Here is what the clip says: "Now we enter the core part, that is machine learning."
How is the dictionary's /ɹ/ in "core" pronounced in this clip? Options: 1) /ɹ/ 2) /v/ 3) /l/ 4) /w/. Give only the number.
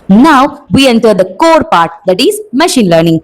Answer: 1